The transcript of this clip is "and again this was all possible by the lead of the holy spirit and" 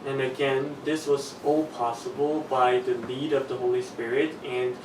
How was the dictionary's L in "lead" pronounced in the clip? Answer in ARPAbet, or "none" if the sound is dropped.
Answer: N